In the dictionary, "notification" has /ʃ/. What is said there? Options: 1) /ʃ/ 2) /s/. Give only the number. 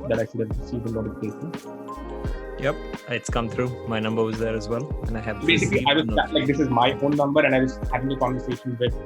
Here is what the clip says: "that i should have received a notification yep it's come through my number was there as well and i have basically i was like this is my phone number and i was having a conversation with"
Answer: 2